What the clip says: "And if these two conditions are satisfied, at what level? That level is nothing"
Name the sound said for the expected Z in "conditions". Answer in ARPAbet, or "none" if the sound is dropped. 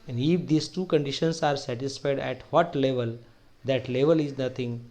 S